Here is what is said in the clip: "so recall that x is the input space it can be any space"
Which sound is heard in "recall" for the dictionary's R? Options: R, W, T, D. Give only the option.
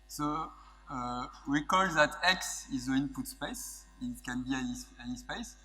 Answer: W